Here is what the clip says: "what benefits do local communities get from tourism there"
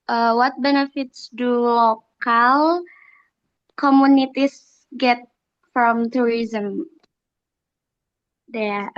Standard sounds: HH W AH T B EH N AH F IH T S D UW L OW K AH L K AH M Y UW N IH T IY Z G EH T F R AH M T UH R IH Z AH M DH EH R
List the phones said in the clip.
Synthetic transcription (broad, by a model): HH W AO T B EH N AH F IH T S D UW L OW K AH L K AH M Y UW N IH T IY S G EH T F R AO M T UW R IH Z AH M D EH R